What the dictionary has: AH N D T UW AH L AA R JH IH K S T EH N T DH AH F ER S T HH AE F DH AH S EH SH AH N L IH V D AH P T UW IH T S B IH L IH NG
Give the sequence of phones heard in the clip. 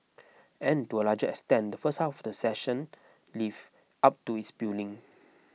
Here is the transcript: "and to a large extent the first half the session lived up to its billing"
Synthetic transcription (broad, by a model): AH N T UW AH L AA JH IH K S T EH N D AH F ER S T HH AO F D AH S EH SH AH N L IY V AA P T UW IH T S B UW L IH NG